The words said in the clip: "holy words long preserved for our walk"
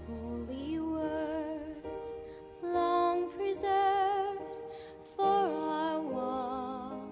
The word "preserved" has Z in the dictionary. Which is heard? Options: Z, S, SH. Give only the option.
Z